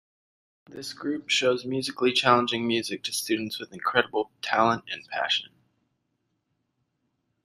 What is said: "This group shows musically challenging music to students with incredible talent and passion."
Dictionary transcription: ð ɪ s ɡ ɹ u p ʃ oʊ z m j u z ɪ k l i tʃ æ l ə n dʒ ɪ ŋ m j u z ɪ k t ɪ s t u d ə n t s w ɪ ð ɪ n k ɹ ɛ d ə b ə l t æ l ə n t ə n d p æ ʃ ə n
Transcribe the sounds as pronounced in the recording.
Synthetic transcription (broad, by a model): ð ɪ s ɡ ɹ u p ʃ oʊ z m j u z ɪ k l i tʃ æ l ə n dʒ ɪ ŋ m j u z ɪ k t ɪ s t u d n t s w ɪ ð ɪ n k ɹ ɛ d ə b l t æ l ə n t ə n p æ ʃ ə n